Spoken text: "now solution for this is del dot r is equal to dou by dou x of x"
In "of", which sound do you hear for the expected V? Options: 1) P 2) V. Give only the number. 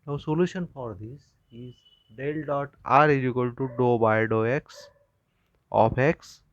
1